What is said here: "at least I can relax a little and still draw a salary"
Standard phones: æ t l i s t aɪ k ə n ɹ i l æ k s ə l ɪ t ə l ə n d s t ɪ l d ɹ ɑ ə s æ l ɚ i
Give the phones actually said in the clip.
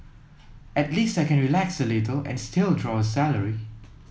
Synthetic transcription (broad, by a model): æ t l i s t aɪ k ə n ɹ i l æ k s ə l ɪ t ə l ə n s t ɪ l d ɹ ɑ ə s æ l ɚ i